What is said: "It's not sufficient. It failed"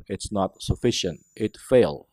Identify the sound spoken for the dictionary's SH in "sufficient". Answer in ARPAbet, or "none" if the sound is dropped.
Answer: SH